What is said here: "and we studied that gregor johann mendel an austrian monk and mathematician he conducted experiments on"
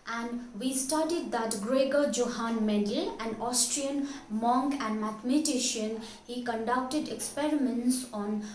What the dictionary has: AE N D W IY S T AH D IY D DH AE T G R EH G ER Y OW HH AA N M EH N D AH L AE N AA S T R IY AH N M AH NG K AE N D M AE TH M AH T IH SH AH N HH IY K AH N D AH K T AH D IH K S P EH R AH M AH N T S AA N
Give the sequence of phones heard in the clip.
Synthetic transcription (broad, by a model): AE N D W IY S T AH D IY D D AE T G R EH G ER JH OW HH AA N M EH D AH L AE N AA S T R IY AH N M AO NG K AE N D M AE T M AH T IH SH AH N HH IY K AH N D AH K T AH D IH K S P EH R AH M AH N T S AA N